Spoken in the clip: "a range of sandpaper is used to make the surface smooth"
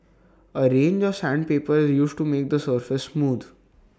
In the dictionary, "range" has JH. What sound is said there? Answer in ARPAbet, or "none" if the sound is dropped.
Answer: JH